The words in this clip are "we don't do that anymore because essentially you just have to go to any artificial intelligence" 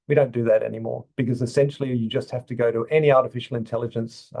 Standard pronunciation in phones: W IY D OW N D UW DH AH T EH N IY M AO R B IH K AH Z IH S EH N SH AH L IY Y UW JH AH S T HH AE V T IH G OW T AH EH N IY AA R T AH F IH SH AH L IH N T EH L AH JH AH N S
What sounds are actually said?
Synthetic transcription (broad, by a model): W IY D OW N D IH DH AH T EH N IY M AO R B IH K AH Z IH S EH N SH L IY Y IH JH AH S T HH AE F T IH G OW T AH EH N IY AA R T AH F IH SH L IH N T EH L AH JH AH N S